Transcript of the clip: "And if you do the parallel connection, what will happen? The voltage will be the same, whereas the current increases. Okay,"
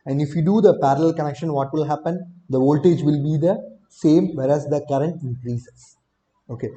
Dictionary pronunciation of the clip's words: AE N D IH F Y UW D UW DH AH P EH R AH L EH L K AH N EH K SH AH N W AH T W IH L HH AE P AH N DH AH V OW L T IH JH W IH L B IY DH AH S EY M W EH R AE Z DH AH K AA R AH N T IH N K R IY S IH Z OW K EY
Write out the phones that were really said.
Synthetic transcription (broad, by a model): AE N D IH F Y UW D UW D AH P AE R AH L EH L K AH N EH K SH AH N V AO T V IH L HH AE P AH N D AH V OW L T IH JH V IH L B IY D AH S EY M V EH R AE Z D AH K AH R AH N T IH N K R IY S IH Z OW K EY